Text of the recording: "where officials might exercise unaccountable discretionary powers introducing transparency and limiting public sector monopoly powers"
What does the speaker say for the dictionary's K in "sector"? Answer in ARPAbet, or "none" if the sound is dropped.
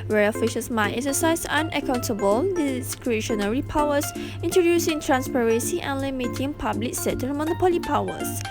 none